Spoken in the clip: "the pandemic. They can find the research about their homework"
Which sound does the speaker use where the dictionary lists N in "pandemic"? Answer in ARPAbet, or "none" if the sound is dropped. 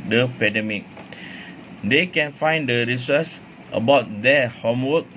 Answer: none